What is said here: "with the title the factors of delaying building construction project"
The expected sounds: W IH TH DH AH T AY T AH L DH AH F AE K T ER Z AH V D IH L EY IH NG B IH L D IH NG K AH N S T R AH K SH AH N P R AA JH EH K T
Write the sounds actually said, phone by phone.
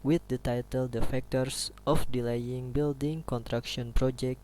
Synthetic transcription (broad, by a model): W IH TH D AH T AY T AH L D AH F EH K T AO S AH F D IH L EY IH NG B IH L D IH NG K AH N T R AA K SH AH N P R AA JH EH K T